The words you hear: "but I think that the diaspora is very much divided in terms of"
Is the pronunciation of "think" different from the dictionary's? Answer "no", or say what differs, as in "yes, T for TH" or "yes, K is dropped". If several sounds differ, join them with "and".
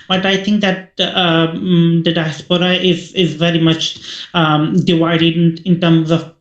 no